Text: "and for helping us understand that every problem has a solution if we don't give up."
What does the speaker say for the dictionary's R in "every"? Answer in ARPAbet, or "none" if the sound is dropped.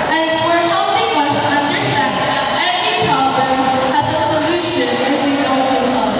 none